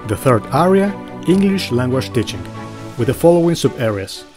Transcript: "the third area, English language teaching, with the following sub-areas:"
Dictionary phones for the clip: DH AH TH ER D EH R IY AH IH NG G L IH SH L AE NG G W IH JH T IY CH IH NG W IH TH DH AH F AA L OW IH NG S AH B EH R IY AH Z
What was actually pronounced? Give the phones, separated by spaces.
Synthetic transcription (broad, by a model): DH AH TH ER D EH R IY AH IH NG G L IH SH L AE NG G W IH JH T IY CH IH NG W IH DH AH F AA L OW IH NG S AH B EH R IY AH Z